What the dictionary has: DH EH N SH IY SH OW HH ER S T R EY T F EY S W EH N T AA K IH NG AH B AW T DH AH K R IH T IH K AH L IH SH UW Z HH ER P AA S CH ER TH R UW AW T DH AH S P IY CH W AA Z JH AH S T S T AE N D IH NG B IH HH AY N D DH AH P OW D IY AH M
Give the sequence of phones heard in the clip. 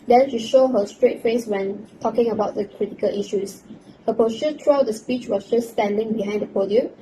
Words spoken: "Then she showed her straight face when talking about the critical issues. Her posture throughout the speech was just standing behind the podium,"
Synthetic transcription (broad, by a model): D EH N SH IY SH OW HH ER S T R EY T F EY S W EH N T AA K IH NG AH B AW T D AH K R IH T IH K AH L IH SH UW S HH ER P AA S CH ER T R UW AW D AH S P IY CH W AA S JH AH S S T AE N D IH NG B IH HH AY N D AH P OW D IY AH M